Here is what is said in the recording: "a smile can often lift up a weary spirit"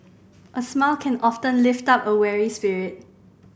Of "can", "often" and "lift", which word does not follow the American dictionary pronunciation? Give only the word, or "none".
none